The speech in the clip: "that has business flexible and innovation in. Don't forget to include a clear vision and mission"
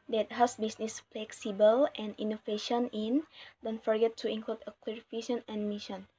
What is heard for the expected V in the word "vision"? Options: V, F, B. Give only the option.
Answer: F